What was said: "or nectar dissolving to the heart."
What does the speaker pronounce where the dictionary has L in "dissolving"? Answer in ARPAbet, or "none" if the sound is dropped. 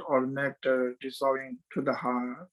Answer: none